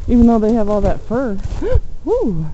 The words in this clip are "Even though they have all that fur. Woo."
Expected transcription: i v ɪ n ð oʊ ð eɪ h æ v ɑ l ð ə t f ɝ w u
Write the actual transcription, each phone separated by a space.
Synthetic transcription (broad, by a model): i v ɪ n ð oʊ ð eɪ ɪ v ɑ l ð ə t f ɝ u